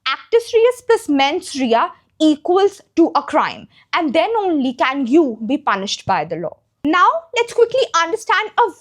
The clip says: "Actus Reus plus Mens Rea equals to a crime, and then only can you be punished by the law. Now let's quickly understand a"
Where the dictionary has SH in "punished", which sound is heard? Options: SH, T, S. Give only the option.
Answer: SH